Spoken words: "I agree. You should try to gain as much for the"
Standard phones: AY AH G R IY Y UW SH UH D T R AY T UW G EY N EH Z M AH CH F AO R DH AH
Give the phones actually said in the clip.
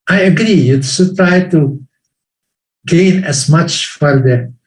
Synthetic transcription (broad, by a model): AY AH G R IY Y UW S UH T R AY T UW G EY N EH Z M AH CH F AO R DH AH